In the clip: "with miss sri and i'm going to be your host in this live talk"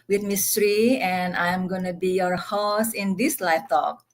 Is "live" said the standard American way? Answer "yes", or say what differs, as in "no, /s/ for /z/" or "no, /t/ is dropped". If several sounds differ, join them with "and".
no, /f/ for /v/